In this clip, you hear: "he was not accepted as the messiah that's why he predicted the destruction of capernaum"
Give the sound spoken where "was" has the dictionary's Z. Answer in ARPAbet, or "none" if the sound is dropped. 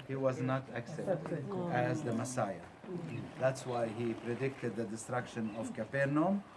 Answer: Z